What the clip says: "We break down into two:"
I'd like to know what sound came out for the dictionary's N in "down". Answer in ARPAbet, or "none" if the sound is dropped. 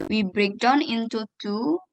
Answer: N